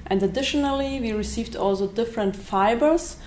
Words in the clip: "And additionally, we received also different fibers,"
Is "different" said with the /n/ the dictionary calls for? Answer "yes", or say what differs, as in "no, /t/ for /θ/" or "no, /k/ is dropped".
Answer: yes